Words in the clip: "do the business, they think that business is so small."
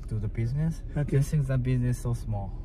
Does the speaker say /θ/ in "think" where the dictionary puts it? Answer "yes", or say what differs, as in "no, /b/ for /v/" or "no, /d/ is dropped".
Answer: no, /s/ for /θ/